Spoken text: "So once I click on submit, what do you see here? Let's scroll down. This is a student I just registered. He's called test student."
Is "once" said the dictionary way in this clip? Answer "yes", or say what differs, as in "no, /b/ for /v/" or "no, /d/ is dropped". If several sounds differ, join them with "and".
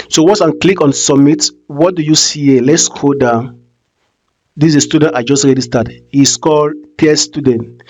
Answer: no, /n/ is dropped